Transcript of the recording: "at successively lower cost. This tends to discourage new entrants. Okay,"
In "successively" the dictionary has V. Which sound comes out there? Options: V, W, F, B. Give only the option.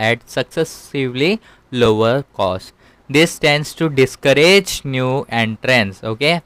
V